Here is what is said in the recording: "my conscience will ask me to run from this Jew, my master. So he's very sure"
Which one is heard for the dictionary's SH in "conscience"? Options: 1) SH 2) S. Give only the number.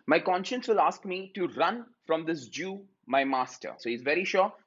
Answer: 1